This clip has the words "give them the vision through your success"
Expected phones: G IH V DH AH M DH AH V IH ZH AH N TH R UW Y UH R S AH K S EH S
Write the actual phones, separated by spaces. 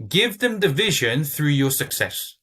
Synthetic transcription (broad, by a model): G IH V DH AH M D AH V IH ZH AH N TH R UW Y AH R S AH K S EH S